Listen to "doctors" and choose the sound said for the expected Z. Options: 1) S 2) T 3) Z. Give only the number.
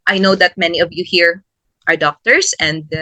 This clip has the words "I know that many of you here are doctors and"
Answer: 1